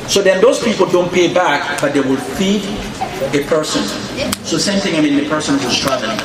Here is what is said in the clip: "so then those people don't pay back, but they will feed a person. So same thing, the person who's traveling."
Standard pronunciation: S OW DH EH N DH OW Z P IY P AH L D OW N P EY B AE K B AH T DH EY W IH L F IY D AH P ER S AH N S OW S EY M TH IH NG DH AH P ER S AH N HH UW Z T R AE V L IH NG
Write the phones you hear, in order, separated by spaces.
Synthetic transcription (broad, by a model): S OW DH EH N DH OW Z P IY P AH L D OW N P EY B AE K B AH T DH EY W IH L F IY D AH P ER S AH N S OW S EY M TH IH NG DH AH P ER S AH N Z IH S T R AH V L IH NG